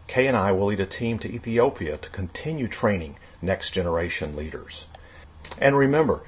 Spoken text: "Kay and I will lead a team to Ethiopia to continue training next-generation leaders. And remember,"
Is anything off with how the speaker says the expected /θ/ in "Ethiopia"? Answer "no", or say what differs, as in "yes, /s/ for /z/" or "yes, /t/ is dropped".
no